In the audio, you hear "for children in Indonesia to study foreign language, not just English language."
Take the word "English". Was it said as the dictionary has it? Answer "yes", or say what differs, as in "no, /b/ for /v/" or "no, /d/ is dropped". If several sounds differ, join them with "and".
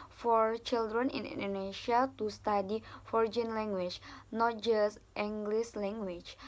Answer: no, /s/ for /ʃ/